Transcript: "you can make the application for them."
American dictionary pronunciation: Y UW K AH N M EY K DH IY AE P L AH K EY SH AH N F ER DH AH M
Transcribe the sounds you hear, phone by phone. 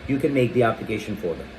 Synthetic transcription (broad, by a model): Y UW K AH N M EY K DH IY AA B L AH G EY SH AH N F ER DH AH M